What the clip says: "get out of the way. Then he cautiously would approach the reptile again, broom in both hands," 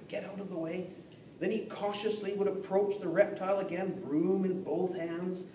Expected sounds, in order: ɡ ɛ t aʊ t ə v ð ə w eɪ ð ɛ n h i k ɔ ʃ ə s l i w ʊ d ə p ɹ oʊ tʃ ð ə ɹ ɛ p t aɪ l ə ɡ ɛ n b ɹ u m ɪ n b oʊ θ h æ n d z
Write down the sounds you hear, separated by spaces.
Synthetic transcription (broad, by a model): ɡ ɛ t aʊ t ə v ð ə w eɪ ð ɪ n i k ɔ ʃ ə s l i w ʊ d ə p ɹ oʊ tʃ ð ə ɹ ɛ p t aɪ l ə ɡ ɛ n b ɹ u m ɪ n b oʊ θ h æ n d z